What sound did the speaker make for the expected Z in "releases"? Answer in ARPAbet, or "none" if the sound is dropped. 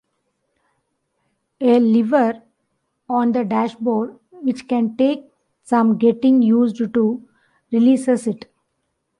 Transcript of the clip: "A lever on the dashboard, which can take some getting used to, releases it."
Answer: S